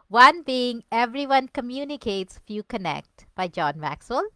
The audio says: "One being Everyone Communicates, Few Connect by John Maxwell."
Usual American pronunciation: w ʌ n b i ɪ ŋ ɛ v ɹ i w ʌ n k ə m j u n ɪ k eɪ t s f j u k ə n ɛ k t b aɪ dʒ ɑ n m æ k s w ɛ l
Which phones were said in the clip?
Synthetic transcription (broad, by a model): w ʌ n b i ɪ ŋ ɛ v ɹ i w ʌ n k ə m j u n ɪ k eɪ t s f j u k ə n ɛ k t b aɪ dʒ ɑ n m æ k s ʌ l